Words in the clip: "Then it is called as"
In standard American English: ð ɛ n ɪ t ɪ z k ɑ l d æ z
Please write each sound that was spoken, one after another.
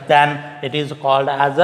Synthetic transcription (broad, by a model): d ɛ n ɪ t ɪ z k ɑ l d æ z